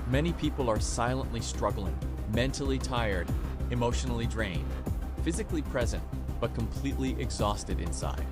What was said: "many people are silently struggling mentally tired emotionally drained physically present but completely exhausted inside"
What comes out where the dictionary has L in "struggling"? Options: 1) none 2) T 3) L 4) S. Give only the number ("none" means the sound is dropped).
3